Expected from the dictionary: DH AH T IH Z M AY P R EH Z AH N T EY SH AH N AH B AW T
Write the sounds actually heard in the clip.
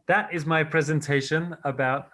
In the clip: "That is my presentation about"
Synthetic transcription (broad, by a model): DH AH T IH Z M AY P R EH Z AH N T EY SH AH N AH B AW T